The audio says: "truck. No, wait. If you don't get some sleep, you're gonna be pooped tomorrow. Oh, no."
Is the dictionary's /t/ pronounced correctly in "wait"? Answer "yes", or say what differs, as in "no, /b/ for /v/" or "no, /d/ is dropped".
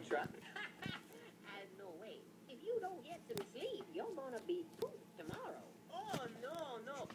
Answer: no, /t/ is dropped